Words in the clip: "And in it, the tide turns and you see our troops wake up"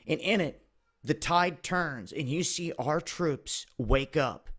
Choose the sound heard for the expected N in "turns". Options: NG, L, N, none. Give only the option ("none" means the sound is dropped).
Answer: N